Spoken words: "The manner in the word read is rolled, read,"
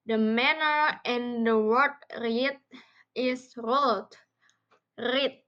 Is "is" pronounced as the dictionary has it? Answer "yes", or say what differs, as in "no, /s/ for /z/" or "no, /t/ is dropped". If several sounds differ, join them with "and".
no, /s/ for /z/